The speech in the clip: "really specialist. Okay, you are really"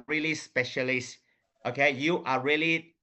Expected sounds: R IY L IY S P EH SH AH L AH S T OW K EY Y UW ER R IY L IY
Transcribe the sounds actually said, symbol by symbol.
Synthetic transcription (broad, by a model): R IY L IY S P EH SH AH L AH S T OW K EY Y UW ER R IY L IY